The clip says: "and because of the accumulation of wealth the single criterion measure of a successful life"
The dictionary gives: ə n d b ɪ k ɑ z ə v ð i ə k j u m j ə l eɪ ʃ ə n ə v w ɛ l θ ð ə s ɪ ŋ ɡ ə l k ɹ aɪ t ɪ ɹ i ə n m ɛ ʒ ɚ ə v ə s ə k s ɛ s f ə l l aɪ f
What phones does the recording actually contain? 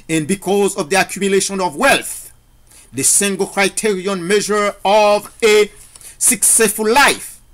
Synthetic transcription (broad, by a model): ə n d b ɪ k ɑ z ə v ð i ə k j u m j ə l eɪ ʃ ə n ə v w ɛ l θ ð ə s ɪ ŋ ɡ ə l k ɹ aɪ t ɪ ɹ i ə n m ɛ ʒ ɚ ə v ə s ə k s ɛ s f ə l l aɪ f